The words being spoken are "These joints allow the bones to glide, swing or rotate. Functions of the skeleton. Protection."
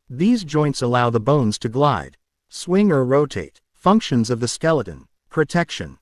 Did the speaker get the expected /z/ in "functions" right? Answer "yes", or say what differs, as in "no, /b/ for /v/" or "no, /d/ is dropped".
yes